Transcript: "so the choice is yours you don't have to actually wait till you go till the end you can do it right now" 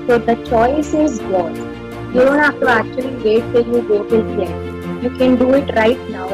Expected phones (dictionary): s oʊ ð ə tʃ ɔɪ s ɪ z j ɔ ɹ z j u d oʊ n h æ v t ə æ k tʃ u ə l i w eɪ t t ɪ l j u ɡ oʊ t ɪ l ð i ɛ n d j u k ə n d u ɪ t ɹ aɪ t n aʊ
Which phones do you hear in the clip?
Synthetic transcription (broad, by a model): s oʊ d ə tʃ ɔɪ s ɪ z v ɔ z j u d oʊ n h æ f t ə æ k tʃ u ə l i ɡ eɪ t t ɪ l j u ɡ oʊ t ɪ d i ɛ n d j u k ə n d u ɪ t ɹ aɪ t n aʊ